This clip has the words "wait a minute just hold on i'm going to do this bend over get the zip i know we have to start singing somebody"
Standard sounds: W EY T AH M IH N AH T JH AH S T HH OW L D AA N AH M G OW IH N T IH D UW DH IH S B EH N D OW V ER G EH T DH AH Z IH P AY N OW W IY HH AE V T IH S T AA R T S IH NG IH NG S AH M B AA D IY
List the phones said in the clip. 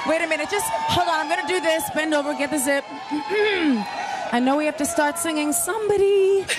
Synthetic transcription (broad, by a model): W EY T AH M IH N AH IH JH AH S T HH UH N AA AH M G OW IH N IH D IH DH IH S B EH N D OW V ER G EH T DH AH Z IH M AY N OW W IY HH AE F T IH S T AA R T S IH NG IH NG S AH M B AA D IY